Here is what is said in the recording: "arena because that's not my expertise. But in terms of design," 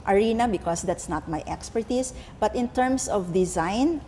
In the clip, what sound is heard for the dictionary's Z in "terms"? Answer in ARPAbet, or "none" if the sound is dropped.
S